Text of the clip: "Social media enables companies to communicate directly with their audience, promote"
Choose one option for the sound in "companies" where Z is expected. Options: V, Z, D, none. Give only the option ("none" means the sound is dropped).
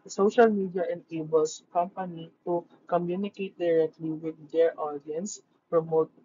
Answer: none